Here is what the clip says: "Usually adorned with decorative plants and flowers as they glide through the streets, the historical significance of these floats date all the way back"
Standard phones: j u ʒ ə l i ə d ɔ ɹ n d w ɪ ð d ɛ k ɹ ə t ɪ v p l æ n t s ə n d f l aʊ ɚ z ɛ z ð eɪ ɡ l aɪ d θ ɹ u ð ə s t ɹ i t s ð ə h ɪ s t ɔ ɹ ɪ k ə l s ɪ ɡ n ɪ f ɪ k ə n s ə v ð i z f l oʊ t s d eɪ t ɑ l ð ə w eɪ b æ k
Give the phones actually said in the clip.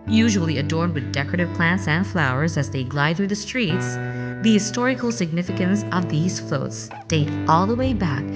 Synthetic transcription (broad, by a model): j u ʒ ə l i ə d ɔ ɹ n d w ɪ ð d ɛ k ɹ ə t ɪ v p l æ n t s ə n d f l aʊ ɚ z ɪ z ð eɪ ɡ l aɪ d θ ɹ u ð ə s t ɹ i t s ð ə h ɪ s t ɔ ɹ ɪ k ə l s ɪ ɡ n ɪ f ɪ k ə n s ə v ð i z f l oʊ t s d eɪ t ɑ l ð ə w eɪ b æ k